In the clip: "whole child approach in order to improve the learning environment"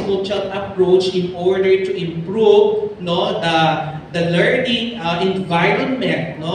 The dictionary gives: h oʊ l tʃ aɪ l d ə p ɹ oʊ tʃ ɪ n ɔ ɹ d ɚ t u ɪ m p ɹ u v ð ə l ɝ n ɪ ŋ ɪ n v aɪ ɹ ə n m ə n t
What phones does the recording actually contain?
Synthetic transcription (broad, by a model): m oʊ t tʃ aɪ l ə p ɹ oʊ tʃ ɪ n ɔ ɹ d ɚ t u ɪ m p ɹ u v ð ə l ɝ n ɪ ŋ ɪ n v aɪ ɹ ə n m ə n t